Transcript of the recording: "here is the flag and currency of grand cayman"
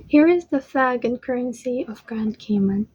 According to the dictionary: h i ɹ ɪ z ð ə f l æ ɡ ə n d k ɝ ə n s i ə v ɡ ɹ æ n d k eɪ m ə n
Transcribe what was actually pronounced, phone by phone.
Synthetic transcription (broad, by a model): h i ɹ ɪ z ð ə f æ ɡ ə n k ɝ ə n s i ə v ɡ ɹ æ n d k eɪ m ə n